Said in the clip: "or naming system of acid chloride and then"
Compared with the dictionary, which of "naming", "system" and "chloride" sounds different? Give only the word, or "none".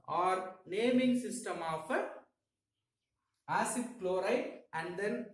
chloride